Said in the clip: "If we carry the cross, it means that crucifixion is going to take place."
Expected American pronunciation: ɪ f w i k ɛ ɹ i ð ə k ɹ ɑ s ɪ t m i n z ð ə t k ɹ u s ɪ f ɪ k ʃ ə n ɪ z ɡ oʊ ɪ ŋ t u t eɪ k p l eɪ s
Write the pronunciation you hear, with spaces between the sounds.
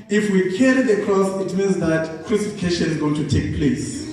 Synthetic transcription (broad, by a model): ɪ f w i k ɛ ɹ i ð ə k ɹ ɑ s ɪ t m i n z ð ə t k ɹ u s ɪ f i k ʃ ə n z ɡ oʊ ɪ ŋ t u t eɪ k p l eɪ s